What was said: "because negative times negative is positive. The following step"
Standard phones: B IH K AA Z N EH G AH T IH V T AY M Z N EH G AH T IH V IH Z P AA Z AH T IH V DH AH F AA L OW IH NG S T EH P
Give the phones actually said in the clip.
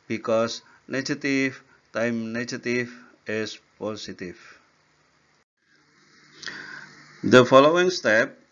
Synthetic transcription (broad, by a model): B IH K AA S N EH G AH T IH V T AY M N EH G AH T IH F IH S P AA S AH T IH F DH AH F AA L OW IH NG S T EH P